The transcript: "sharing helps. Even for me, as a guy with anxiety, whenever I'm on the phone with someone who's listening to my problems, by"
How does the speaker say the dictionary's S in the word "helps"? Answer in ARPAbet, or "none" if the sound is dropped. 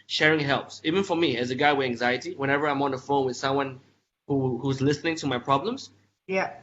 S